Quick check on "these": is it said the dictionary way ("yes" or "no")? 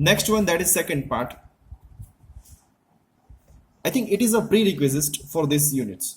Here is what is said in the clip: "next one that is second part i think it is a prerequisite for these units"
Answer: no